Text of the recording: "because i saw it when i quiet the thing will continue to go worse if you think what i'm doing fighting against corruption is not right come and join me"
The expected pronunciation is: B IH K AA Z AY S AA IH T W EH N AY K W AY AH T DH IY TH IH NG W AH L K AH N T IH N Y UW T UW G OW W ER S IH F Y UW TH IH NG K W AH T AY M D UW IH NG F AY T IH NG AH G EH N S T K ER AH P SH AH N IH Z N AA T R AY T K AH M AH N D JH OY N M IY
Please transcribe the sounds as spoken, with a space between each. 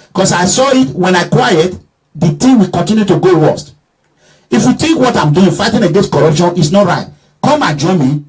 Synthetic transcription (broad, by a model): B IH K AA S AY S AA IH T W EH N AY K W AY AH T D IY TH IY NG W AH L K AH N T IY N Y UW T UW G OW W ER S IH F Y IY T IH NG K W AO T AY M D UW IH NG F AY T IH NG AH G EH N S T K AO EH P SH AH N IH S N AA T R AY T K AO M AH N JH OY N M IY